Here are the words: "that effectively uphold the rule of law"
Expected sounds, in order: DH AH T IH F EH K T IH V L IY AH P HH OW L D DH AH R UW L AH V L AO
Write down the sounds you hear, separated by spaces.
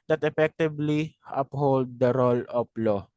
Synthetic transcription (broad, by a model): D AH T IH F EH K T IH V L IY AH P HH OW L D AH R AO L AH P L AO